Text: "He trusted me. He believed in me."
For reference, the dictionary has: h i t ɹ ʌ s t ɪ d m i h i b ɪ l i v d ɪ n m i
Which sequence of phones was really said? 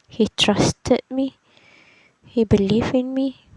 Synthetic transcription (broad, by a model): h i t ɹ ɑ s t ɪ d m i h i b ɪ l i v ɪ n m i